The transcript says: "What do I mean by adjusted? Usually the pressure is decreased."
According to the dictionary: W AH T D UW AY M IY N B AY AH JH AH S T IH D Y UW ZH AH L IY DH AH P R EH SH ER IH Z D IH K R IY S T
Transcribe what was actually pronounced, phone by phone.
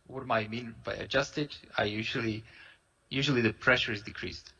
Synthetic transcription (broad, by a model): W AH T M AY M IY N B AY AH JH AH S T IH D Y UW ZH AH L IY DH AH P R EH SH ER IH Z D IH K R IY S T